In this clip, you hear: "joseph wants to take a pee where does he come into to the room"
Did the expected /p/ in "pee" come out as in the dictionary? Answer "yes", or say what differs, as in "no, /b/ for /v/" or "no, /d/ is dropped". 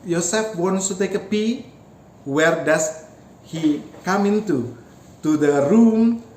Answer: yes